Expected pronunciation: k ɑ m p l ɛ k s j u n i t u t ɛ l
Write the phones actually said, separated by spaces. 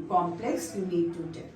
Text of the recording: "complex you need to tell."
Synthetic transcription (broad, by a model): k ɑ m p l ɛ k s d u l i t u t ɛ